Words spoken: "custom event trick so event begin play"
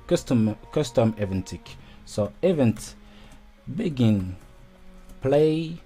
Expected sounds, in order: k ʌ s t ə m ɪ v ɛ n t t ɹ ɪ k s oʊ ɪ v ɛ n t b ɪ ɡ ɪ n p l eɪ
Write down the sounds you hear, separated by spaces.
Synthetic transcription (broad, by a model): k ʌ s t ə m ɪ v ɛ n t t ɪ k s oʊ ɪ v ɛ n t b ɪ ɡ ɪ n p l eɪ